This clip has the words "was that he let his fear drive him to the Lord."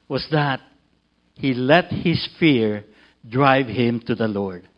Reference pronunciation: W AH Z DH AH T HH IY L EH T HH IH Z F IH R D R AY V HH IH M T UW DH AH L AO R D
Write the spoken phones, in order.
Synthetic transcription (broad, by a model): W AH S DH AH T HH IY L EH T HH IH S F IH R D R AY V HH IH M T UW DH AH L AO R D